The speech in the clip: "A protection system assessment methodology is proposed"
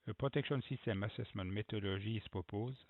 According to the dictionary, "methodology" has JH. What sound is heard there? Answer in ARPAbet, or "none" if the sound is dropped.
ZH